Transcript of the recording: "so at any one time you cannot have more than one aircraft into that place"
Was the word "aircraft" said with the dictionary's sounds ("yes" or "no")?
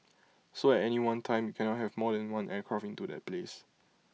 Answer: no